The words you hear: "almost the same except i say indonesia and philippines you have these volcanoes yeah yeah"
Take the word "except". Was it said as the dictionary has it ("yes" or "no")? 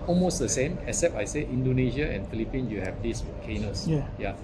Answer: no